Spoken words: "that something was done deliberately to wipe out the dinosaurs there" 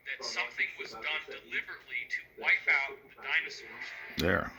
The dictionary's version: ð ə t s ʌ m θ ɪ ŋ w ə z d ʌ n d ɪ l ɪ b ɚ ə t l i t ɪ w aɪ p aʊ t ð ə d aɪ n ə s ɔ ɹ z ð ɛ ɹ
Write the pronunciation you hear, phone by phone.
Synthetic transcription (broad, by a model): ð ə t s ʌ m θ ɪ ŋ w ə z d ʌ n d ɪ l ɪ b ɚ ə t l i t ɪ w aɪ p aʊ t ð ə d aɪ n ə s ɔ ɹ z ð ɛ ɹ